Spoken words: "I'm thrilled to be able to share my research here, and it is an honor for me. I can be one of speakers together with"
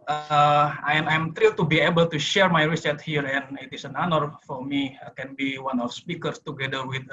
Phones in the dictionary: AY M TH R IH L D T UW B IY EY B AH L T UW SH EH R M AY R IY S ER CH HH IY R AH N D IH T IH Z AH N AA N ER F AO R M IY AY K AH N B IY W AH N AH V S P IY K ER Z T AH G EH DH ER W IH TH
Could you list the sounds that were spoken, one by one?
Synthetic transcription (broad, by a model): AY M T R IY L T UW B IY EY B AH L T UW SH EH R M AY R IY S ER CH HH IY R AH N IH T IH S AH N AA N ER F AO R M IY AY K AH N B IY W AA N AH F S P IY K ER S T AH G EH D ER W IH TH